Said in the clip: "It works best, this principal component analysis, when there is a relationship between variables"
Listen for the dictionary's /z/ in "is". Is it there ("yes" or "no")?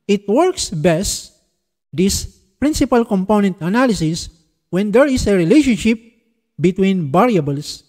no